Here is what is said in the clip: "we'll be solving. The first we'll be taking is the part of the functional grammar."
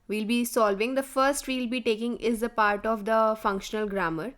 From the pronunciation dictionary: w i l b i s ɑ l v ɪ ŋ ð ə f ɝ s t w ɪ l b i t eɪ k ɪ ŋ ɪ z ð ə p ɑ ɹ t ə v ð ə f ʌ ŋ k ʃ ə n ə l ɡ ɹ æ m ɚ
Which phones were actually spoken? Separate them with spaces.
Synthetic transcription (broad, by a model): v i l b i s ɑ l v ɪ ŋ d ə f ɝ s t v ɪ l b i t eɪ k ɪ ŋ ɪ z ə p ɑ ɹ t ə v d ə f ʌ ŋ k ʃ ə n ə l ɡ ɹ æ m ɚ